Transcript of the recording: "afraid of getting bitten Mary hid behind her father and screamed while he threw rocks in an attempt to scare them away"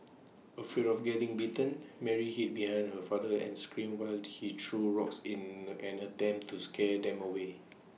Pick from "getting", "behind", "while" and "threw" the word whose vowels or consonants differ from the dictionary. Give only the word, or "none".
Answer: threw